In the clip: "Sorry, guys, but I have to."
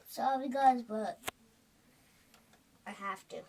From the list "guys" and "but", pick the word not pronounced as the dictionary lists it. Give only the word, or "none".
none